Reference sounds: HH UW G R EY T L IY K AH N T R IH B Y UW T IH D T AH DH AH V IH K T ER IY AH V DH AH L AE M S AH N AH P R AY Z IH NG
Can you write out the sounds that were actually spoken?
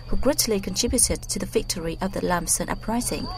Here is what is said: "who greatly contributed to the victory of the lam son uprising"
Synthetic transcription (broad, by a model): HH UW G R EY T L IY K AH N T R IH B Y UW T IH D T AH DH AH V IH K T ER IY AH V DH AH L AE M S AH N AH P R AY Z IH NG